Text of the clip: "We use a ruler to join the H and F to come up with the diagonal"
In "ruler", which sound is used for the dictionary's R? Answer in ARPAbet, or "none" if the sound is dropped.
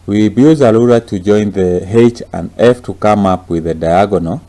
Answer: L